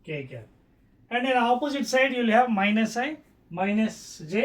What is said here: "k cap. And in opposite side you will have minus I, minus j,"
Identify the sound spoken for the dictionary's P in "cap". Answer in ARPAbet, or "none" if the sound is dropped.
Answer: none